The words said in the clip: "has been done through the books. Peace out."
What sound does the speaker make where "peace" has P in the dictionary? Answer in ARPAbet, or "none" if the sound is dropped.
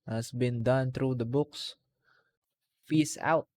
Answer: F